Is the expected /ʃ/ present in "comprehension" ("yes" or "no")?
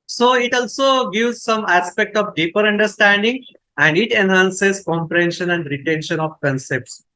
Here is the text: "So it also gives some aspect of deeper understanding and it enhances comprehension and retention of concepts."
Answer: yes